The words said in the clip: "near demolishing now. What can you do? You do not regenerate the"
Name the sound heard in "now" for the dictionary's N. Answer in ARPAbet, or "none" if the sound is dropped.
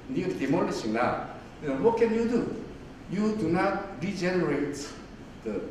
L